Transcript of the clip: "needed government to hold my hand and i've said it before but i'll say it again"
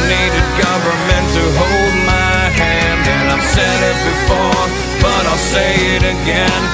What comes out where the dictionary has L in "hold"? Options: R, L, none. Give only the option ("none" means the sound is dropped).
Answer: L